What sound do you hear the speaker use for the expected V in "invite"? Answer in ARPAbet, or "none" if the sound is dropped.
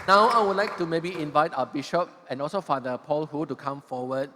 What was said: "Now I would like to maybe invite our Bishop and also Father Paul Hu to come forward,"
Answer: V